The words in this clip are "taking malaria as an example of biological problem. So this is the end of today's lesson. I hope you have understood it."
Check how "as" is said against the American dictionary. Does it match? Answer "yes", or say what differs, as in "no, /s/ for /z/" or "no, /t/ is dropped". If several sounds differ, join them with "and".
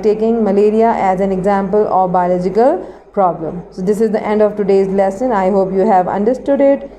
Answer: yes